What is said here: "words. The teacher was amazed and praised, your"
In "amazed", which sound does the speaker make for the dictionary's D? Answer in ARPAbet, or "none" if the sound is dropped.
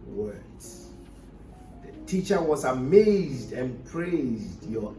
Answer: D